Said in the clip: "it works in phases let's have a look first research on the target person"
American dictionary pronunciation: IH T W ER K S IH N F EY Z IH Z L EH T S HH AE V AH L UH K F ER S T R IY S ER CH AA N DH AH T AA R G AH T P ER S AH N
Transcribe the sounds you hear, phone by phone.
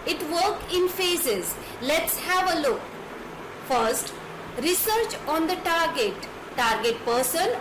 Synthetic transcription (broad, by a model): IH T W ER K IH N F EY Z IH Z L EH T S HH AE V AH L UH K F ER S T R IY S ER CH AA N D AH T AA R G AH T P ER S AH N